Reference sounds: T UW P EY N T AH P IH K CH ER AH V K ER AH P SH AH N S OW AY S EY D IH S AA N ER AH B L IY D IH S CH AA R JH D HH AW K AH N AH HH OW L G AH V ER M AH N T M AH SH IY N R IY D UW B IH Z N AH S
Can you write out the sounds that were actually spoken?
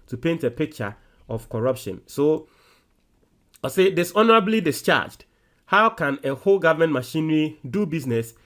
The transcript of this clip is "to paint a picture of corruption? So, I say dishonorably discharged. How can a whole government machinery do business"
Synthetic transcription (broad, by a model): T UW P EY N T AH P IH K CH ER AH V K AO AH P SH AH N S OW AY S EY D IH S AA N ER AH B L IY D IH S CH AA JH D HH AW K AH N AH HH OW L G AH V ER M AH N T M AH SH IY N R IY D UW B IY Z N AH S